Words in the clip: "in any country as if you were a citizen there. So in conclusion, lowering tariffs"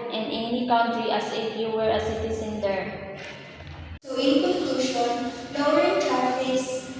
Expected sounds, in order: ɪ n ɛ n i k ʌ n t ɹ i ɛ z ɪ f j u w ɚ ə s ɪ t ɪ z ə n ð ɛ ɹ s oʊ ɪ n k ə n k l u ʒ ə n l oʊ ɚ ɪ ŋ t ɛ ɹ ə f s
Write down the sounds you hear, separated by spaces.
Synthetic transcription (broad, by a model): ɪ n ɛ n i k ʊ n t ɹ i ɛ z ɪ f j u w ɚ ə s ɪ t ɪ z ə n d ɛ ɹ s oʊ ɪ n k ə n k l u ʃ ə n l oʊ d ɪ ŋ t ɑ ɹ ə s